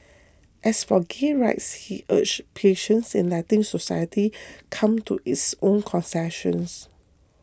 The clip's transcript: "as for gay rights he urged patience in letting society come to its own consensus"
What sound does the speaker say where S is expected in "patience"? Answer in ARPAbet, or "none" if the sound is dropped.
S